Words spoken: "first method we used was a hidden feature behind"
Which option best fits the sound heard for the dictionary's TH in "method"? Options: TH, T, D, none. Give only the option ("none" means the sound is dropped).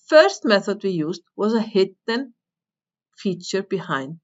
TH